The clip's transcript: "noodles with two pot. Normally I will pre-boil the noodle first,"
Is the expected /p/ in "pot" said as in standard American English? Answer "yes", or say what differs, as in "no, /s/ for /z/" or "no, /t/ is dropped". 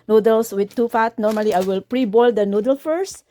no, /f/ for /p/